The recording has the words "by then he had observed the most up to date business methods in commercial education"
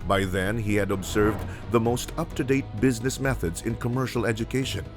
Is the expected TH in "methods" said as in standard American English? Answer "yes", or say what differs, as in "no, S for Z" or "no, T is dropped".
yes